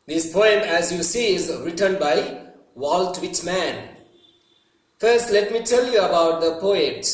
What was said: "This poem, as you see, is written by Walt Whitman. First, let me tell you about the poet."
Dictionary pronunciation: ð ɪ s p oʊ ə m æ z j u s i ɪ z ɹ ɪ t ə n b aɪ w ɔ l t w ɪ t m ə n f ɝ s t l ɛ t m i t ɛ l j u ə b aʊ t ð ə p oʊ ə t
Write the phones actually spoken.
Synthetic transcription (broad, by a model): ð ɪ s p oʊ ə m æ z j u s i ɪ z ɹ ɪ t ə n b aɪ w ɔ l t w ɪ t m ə n f ɝ s t l ɛ t m i t ɛ l j u ə b aʊ t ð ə p oʊ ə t